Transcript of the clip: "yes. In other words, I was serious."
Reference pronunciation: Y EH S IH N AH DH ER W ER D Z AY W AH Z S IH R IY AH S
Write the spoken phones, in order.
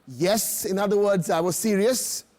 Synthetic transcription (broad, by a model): Y EH S IH N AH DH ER W ER D Z AY W AH Z S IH R IY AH S